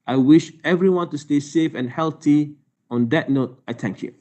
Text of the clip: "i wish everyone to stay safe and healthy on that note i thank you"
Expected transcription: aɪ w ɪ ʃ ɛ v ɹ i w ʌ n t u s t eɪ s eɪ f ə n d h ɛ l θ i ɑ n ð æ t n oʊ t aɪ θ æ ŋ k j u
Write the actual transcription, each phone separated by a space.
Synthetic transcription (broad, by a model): aɪ w ɪ ʃ ɛ v ɹ i w ʌ n t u s t eɪ s eɪ f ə n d h ɛ l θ i ɑ n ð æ t n oʊ t aɪ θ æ ŋ k j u